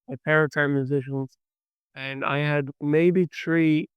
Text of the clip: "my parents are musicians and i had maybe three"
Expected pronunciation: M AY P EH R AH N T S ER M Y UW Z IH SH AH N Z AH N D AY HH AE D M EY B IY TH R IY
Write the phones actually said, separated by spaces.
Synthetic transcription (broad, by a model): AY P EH R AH T ER M Y UW Z IH SH AH N Z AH N AY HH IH D M EY B IY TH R IY